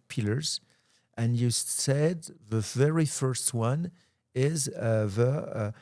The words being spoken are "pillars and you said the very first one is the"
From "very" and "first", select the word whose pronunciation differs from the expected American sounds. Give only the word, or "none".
none